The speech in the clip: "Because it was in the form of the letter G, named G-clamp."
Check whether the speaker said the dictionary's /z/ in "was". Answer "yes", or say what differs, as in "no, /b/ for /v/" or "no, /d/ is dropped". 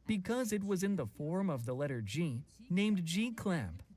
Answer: yes